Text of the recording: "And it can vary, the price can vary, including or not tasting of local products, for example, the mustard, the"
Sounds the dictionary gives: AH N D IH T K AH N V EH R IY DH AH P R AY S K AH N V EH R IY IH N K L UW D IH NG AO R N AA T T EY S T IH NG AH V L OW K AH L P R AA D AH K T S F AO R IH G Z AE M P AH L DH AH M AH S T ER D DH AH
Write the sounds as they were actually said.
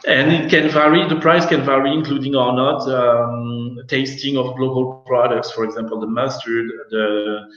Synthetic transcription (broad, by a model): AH N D IH T K AH N V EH R IY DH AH P R AY S K AH N V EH R IY IH N K L UW D IH NG AO R N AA T T EY S T IH NG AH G L OW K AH L P R AA D AH K T S F AO R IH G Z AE M P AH L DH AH M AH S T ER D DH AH